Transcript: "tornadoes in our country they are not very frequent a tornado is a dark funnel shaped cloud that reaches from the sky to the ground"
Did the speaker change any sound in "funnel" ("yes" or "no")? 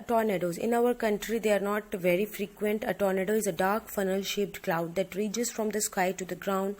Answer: no